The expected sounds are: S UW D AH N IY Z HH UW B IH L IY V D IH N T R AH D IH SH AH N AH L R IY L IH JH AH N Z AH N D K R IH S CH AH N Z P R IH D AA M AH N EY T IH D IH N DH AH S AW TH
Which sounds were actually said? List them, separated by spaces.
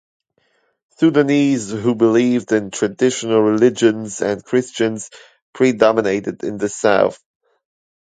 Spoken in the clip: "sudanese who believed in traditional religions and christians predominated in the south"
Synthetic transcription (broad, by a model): S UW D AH N IY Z HH UW B IH L IY V D IH N T R AH D IH SH AH N AH L R IY L IH JH AH N Z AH N K R IH S CH AH N Z P R IH D AA M AH N EY T IH D IH N DH AH S AW TH